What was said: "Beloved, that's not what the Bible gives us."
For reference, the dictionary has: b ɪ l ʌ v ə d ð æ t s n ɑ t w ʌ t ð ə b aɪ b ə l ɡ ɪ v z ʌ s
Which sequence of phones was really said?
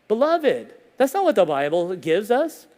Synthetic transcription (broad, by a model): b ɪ l ʌ v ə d ð æ t s n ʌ t w ʌ t ð ə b aɪ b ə l ɡ ɪ v z ʌ s